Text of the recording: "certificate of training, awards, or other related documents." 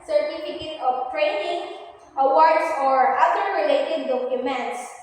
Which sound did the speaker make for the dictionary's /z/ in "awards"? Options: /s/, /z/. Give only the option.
/s/